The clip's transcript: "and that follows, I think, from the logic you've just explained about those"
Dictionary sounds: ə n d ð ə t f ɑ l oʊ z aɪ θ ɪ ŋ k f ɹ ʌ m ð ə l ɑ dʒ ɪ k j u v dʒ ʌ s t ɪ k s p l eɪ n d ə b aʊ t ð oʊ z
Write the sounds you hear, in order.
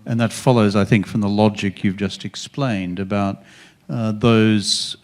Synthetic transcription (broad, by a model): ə n ð ə t f ɑ l oʊ z aɪ θ ɪ ŋ k f ɹ ʌ m ð ə l ɑ dʒ ɪ k j u v dʒ ʌ s t ɪ k s p l eɪ n d ə b aʊ t ð oʊ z